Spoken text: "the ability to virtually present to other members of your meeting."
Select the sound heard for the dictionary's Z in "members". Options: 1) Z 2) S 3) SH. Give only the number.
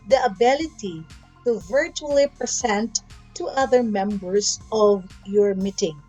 2